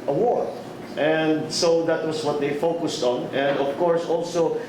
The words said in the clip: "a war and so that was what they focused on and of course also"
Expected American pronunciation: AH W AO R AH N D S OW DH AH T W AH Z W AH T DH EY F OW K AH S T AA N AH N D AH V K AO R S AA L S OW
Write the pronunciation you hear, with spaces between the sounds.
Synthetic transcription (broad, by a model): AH W AO R AH N D S OW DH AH T W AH S W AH T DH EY F OW K AH S T AA N AH N D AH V K AO R S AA L S OW